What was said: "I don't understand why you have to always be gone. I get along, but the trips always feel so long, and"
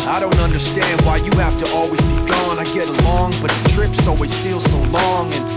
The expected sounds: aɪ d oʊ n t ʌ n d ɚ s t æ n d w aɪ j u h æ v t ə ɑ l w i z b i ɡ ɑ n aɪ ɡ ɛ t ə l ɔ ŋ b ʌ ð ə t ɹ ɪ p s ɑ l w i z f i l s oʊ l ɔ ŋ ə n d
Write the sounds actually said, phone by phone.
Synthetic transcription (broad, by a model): aɪ d oʊ n t ʌ n d ɚ s t æ n d w aɪ j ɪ h æ f t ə ɑ l w i z b i ɡ ɑ n aɪ ɡ ɛ t ə l ɔ ŋ b ʌ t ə t ɹ ɪ p s ɑ l w i z f i l s oʊ l ɔ ŋ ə n